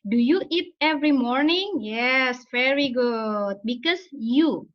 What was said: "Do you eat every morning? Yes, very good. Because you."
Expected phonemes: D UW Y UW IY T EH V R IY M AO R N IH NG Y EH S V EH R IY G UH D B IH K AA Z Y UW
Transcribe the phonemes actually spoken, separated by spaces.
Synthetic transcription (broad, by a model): D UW Y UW IY T EH V R IY M AO R N IH NG Y EH S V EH R IY G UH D B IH K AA S Y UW